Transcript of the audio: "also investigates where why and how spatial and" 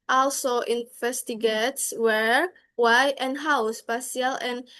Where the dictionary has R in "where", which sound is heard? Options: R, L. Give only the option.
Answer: R